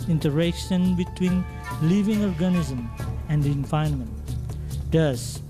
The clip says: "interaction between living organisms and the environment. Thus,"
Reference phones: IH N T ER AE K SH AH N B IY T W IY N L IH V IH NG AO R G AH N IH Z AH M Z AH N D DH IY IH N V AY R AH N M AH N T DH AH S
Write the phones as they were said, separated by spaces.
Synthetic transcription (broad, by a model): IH N T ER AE K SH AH N B IY T W IY N L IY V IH NG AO R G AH N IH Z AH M AH N D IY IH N F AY AH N M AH N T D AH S